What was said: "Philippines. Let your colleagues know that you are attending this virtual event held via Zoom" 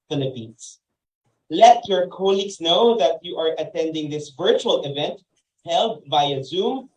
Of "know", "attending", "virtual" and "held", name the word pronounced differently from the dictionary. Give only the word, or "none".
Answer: none